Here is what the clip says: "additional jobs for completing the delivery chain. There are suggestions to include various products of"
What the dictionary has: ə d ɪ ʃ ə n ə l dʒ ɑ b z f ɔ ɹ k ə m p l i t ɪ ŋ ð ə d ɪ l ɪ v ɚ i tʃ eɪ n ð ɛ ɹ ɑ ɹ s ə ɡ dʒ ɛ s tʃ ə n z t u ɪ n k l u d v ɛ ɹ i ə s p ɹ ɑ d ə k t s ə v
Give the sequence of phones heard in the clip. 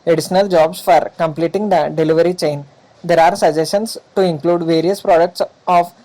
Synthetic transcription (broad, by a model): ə d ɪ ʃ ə n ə l dʒ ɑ b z f ɔ ɹ k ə m p l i t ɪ ŋ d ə d ɪ l ɪ v ɚ i tʃ eɪ n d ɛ ɹ ɑ ɹ s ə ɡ dʒ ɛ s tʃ ə n s t u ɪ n k l u d v ɛ ɹ i ə s p ɹ ɑ d ə k t s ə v